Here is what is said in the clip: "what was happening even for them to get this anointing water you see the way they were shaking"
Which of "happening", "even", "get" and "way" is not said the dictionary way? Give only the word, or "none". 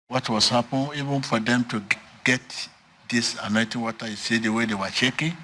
happening